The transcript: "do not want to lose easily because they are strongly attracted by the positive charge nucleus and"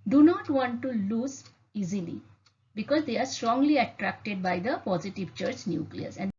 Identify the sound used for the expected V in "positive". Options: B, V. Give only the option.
V